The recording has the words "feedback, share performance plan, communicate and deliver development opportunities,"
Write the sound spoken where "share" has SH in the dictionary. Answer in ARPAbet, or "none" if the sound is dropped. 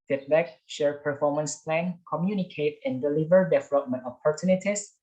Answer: SH